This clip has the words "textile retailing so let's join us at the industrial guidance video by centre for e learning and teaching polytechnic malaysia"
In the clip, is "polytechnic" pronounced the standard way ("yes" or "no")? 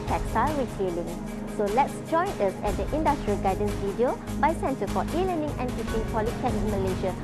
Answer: no